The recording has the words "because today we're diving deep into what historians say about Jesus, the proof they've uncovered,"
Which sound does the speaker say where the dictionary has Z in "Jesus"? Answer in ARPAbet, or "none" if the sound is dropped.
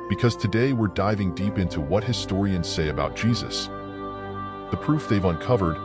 Z